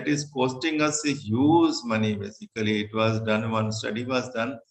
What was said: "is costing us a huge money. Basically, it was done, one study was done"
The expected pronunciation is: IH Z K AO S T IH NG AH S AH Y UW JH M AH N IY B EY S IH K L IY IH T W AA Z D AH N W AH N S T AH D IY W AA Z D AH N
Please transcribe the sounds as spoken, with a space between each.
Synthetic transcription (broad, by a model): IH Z K AO S T IH NG AH S AH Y UW Z M AH N IY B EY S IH K L IY IH T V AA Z D AH N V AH N S T AH D IY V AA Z D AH N